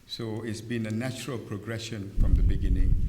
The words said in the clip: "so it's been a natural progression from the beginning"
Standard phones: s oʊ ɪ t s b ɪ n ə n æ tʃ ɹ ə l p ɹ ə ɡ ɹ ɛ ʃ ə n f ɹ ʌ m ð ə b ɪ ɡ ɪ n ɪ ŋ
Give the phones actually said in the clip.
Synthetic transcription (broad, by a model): s oʊ ɪ t s b ɪ n ə n æ tʃ ɹ ə l p ɹ ə ɡ ɹ ɛ ʃ ə n f ɹ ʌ m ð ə b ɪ ɡ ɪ n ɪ ŋ